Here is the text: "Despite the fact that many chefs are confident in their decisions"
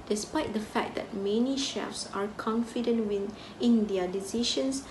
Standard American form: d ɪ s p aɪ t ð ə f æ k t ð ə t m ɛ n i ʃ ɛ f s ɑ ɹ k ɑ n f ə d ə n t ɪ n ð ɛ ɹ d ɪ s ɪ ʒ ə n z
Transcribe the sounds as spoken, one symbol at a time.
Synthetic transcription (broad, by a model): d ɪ s p aɪ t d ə f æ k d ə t m ɛ n i ʃ ɛ f s ɑ ɹ k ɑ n f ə d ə n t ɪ n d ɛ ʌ d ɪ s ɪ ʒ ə n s